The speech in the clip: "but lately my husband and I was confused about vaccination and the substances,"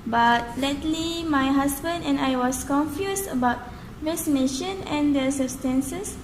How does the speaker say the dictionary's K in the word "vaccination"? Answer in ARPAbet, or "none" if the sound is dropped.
none